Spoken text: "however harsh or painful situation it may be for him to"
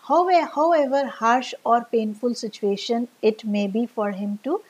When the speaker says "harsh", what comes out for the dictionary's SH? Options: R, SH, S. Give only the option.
SH